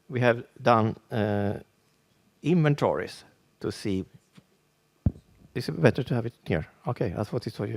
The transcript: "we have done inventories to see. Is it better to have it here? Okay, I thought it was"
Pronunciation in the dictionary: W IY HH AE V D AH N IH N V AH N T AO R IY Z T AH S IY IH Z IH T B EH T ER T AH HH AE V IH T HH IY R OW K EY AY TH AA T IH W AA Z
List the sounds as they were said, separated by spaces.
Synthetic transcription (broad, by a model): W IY HH AE V D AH N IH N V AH N T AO R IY S T AH S IY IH S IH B B EH T ER T AH HH AE V IH T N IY R OW K EY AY F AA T IH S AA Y